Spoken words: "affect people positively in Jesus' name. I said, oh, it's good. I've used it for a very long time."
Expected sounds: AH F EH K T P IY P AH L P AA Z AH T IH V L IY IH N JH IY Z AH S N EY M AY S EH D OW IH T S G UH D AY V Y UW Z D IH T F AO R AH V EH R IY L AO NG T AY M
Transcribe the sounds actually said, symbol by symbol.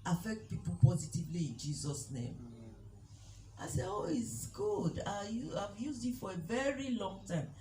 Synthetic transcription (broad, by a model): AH F EH K T P IY P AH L P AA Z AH T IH V L IY IH N JH IY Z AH S N EY M AY S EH OW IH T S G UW D AY V Y UW Z D IH T F AO R AH V EH R IY L AO NG T AY M